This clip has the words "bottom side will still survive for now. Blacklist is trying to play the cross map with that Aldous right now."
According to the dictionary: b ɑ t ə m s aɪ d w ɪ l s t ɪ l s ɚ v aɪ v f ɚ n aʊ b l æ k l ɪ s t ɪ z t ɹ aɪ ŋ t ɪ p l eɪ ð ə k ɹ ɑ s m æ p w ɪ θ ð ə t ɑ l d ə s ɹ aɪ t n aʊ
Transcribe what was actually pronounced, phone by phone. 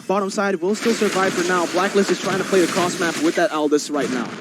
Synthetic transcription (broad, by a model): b ɑ t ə m s aɪ d w ɪ l s t ɪ l s ɚ v aɪ v f ɚ n aʊ b l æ k l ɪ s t ɪ z t ɹ aɪ ŋ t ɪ p l eɪ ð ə k ɹ ɑ s m æ p w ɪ ð ə t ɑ l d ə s ɹ aɪ t n aʊ